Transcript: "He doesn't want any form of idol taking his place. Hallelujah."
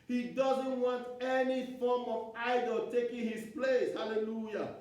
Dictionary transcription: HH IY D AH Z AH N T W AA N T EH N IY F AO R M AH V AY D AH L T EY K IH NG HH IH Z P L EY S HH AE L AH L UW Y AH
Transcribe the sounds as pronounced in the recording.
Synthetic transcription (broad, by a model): HH IY D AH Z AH N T W AA N T EH N IY F AO M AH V AY D AH L T EY K IH NG HH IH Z P L EY S HH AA L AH L UW Y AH